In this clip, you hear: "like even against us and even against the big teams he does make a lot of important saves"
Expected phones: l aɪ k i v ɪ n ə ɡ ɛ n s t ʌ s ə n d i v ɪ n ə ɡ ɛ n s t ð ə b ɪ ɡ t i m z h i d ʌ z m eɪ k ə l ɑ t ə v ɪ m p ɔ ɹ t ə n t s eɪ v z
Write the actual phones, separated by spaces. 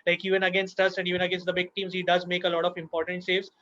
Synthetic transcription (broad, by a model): l aɪ k i v ɪ n ə ɡ ɛ n s t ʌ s ə n d i v ɪ n ə ɡ ɛ n s t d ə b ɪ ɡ t i m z h i d ʌ z m eɪ k ə l ɑ t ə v ɪ m p ɔ ɹ t ə n t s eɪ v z